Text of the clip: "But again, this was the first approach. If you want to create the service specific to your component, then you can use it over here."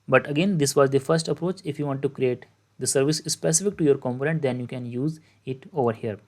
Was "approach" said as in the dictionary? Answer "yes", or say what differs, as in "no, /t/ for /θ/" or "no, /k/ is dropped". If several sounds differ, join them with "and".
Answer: yes